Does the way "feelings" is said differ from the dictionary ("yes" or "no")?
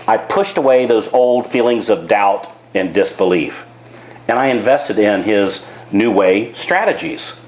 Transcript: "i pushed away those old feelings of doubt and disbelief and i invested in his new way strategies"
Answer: no